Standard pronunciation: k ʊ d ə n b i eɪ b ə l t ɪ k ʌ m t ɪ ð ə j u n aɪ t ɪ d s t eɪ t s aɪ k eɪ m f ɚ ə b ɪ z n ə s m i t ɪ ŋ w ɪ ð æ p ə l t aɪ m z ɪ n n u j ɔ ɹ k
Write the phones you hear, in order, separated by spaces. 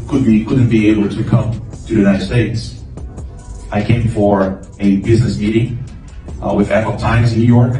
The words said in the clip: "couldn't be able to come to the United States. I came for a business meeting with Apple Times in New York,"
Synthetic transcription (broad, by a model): k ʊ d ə n b i eɪ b l t ɪ k ʌ m t ɪ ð j u n aɪ t ɪ d s t eɪ t s aɪ k eɪ m f ɚ ə b ɪ z n ə s m i t ɪ ŋ w ɪ ð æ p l t aɪ m z ɪ n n u j ɔ ɹ k